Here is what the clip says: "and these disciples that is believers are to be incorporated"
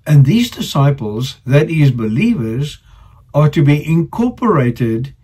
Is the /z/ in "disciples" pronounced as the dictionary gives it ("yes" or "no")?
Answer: yes